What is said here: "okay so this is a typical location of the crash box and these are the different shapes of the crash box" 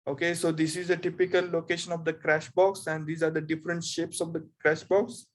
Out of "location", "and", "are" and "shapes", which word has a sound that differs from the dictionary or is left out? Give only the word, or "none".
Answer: none